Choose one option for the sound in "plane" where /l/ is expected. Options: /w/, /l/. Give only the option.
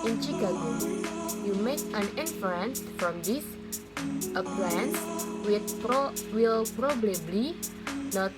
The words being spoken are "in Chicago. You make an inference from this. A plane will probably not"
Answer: /w/